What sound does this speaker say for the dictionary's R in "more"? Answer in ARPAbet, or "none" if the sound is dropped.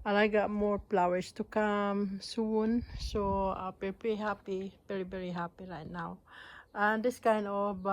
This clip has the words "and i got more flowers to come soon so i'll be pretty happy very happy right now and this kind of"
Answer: R